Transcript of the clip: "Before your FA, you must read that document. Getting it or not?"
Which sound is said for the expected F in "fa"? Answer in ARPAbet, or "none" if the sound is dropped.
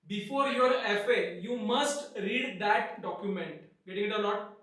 F